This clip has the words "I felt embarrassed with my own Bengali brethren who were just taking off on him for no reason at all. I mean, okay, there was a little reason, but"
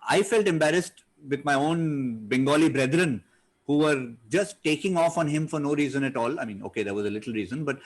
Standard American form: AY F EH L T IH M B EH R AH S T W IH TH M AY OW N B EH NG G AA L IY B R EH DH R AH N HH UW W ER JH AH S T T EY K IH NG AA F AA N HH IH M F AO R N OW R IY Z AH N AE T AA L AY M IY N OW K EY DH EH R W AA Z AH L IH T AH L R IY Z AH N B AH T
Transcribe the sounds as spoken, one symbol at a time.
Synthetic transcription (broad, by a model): AY F EH L T IH M B EH R AH S T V IH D M AY OW N B EH NG G AA L IY B R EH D R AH N HH UW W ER JH AH S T T EY K IH NG AA F AA N HH IH M F AO R N OW R IY Z AH N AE T AA L AY M IY N OW K EY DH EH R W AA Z AH L IH T L R IY Z AH N B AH T